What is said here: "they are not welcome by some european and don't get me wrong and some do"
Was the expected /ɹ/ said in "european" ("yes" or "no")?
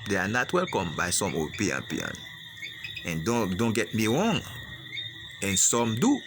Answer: no